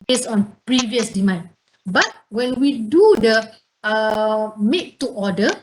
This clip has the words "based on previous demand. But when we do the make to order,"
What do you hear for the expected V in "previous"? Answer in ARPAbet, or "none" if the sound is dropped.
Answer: V